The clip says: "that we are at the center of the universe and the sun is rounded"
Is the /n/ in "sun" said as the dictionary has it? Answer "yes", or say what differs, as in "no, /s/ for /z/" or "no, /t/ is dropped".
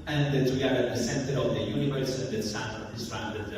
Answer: no, /n/ is dropped